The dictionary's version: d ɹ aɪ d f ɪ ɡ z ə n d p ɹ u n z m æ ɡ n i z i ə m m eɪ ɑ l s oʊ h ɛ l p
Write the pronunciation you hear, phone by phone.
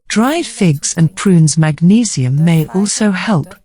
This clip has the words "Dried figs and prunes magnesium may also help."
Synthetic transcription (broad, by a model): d ɹ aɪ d f ɪ ɡ z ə n p ɹ u n z m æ ɡ n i z i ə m m eɪ ɑ l s oʊ h ɛ l p